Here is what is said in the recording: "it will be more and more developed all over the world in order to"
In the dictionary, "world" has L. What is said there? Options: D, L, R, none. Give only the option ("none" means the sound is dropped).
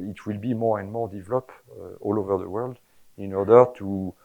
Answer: L